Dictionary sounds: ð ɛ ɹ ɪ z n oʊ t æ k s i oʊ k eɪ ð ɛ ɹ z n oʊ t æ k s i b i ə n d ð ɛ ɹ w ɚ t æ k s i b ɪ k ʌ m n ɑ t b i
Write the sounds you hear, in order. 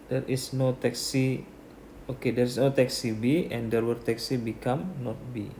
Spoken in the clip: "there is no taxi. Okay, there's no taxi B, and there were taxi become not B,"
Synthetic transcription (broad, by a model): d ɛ ɹ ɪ s n oʊ t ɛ k s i oʊ k eɪ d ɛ ɹ s n oʊ t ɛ k s i b i ə n d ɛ ɹ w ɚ t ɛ k s i b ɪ k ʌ m n ɑ t b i